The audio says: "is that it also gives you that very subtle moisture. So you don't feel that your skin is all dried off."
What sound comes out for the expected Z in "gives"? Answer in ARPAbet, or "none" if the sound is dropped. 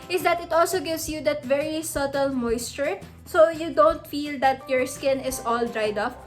S